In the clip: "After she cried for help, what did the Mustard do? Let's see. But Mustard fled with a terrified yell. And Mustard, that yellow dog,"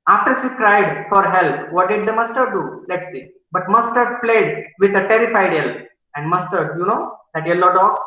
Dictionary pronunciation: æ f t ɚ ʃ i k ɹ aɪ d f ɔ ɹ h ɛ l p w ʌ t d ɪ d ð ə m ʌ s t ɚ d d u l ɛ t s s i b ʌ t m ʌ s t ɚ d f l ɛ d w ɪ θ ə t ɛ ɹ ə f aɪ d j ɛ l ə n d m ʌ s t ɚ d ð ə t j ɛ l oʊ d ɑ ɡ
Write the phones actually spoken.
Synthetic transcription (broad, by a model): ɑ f t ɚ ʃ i k ɹ aɪ d f ɔ ɹ h ɛ l p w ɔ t d ɪ d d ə m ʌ s t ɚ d d u l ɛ t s s i b ʌ t m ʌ s t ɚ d p l ɛ d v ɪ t ə t ɛ ɹ ə f aɪ d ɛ l ə n d m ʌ s t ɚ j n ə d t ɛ l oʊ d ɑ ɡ